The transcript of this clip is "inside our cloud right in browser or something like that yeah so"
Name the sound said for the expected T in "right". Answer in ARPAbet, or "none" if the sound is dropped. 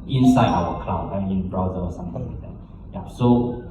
none